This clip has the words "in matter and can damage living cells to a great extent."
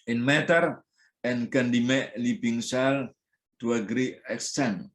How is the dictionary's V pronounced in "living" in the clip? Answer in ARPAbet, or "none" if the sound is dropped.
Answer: B